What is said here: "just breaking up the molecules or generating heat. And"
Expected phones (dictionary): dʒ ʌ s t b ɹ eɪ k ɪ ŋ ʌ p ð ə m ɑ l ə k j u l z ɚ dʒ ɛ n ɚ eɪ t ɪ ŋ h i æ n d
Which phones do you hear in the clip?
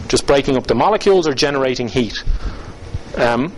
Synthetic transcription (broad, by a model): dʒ ʌ s b ɹ eɪ k ɪ ŋ ʌ p ð ə m ɑ l ə k j u l z ɚ dʒ ɛ n ɚ eɪ t ɪ ŋ h i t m